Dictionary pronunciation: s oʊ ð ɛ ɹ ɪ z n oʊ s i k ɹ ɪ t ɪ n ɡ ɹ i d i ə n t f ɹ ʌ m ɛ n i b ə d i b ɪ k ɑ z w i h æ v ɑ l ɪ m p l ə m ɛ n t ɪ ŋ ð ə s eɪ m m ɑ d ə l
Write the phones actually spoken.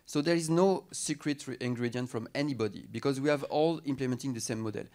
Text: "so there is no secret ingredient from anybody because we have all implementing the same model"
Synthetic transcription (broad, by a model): s oʊ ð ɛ ɹ ɪ z n oʊ s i k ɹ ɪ t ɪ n ɡ ɹ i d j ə n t f ɹ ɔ m ɛ n i b ə d i b ɪ k ɑ z w i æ v ɑ l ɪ m p l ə m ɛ n t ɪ ŋ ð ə s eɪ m m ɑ d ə l